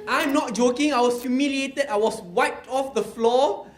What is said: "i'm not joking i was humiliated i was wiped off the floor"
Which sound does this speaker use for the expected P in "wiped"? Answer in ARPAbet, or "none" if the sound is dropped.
none